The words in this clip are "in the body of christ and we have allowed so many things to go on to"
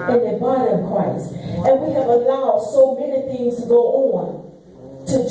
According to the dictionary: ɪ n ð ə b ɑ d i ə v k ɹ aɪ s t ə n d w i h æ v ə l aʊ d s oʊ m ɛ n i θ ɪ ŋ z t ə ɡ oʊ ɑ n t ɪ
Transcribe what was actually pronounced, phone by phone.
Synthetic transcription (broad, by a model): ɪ n ð ə b ɑ d i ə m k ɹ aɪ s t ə n w i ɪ v ə l aʊ d s oʊ m ɛ n i θ ɪ ŋ z t ə ɡ oʊ ɑ n t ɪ